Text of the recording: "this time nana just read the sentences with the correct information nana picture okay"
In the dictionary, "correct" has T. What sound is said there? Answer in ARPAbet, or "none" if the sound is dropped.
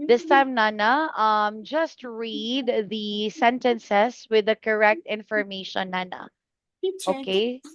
T